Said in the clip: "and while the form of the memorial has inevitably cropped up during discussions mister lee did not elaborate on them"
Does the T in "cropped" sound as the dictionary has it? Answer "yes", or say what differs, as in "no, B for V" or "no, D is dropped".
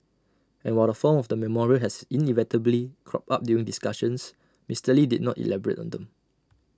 no, T is dropped